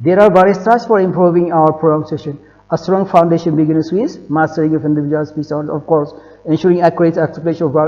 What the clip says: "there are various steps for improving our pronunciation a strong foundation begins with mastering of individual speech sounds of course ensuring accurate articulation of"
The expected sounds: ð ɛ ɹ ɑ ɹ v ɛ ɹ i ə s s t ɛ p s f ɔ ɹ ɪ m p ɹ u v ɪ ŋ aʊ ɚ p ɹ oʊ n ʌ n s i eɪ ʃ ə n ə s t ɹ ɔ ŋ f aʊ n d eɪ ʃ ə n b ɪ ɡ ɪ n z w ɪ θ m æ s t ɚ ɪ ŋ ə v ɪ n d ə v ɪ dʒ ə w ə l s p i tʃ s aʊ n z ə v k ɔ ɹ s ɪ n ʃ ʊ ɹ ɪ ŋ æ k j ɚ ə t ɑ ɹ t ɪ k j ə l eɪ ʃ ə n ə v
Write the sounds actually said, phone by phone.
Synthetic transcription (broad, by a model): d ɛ ɹ ɑ ɹ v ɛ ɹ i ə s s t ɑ s f ɔ ɹ ɪ m p ɹ u v ɪ ŋ aʊ ɚ p ɹ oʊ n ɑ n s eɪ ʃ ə n ə s t ɹ ɔ ŋ f aʊ n d eɪ ʃ ə n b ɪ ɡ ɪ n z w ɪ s m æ s t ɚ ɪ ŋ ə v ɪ n d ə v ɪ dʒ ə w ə l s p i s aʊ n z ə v k ɔ ɹ s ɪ n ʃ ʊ ɹ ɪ ŋ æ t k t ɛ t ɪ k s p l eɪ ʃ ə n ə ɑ